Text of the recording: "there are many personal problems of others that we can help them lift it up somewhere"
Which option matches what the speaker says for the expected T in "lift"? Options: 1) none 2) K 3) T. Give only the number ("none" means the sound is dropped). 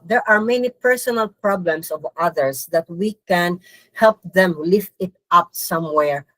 3